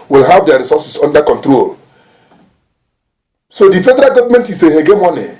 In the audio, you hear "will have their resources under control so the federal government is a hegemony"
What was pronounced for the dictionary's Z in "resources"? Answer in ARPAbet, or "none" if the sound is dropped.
S